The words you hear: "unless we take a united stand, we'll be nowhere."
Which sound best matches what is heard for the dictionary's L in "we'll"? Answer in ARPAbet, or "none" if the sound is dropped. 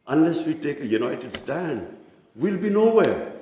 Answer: L